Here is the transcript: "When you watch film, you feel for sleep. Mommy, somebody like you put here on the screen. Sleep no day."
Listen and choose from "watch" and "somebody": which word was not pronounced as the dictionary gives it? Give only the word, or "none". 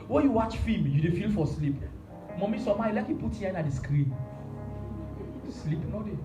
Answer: somebody